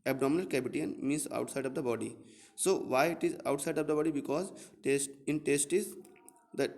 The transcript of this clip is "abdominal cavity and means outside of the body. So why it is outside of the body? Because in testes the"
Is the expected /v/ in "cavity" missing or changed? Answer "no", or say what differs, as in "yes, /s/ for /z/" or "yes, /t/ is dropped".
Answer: yes, /b/ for /v/